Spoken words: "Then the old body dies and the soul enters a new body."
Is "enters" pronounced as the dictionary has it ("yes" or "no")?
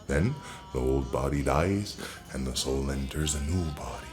yes